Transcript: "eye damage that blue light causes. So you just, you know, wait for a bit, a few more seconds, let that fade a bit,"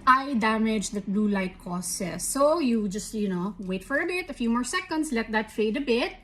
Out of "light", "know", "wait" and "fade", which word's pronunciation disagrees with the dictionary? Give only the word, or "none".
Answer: none